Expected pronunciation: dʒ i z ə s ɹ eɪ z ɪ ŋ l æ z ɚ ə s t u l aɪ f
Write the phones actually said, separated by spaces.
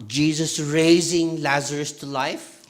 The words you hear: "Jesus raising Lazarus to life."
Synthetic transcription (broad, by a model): dʒ i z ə s ɹ eɪ z ɪ ŋ l æ z ɚ ə s t u l aɪ f